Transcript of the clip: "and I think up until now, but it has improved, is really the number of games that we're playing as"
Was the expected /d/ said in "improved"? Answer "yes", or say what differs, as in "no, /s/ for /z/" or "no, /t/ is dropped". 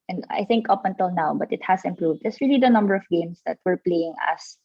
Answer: yes